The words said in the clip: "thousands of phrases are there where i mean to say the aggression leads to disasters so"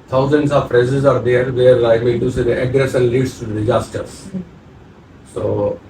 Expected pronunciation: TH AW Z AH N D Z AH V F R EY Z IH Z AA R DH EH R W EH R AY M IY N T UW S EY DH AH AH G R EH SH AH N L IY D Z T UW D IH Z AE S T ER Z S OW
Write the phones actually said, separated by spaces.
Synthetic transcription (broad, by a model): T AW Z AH N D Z AH V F R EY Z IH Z AA R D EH R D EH R AY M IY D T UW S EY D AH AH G R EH S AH N L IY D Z T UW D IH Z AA S T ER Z S OW